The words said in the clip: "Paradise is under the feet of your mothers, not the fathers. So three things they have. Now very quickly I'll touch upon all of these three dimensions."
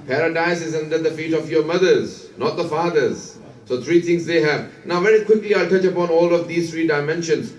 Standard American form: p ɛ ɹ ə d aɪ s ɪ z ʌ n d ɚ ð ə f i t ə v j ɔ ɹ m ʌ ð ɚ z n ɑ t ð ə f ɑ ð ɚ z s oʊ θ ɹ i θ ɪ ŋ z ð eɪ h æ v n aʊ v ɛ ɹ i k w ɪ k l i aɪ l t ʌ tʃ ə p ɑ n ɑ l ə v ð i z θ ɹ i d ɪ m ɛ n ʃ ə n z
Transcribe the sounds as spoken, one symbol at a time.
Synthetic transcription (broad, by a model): p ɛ ɹ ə d aɪ s ɪ z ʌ n d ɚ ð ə f i t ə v j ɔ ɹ m ʌ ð ɚ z n ɑ t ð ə f ɑ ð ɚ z s oʊ t ɹ i t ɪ ŋ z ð eɪ h æ v n aʊ v ɛ ɹ i k w ɪ k l i aɪ l t ʌ tʃ ə p ɑ n ɑ l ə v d i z t ɹ i d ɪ m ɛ n ʃ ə n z